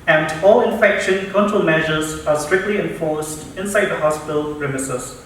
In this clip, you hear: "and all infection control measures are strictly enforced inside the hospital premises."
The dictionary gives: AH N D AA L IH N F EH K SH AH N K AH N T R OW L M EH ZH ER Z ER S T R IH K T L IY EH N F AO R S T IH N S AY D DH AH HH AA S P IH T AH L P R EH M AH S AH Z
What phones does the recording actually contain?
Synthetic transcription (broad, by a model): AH N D AA L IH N F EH K SH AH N K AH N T OW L M EH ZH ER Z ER S T R IH K T L IY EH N F AO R S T IH N S AY D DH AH HH AA S P IH T AH L R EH M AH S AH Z